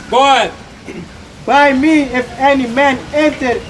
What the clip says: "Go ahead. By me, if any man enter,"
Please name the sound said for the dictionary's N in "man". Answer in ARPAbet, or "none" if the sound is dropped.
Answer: N